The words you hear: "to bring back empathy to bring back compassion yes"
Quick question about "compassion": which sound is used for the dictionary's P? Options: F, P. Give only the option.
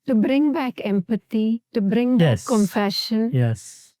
F